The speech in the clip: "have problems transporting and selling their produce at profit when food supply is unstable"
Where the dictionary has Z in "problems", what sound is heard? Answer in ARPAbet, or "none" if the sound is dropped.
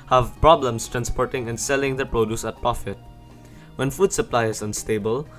S